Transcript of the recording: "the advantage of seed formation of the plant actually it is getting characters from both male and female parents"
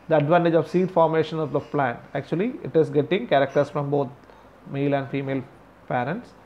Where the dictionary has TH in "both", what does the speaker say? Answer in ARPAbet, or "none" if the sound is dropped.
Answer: T